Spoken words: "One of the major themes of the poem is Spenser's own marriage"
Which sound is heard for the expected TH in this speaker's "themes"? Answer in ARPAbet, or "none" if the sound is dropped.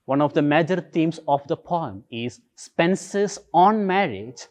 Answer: T